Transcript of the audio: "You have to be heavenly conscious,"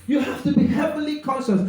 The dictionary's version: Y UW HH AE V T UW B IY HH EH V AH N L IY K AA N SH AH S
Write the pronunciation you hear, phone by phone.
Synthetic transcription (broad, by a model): Y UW HH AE F T UW B IY HH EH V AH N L IY K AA N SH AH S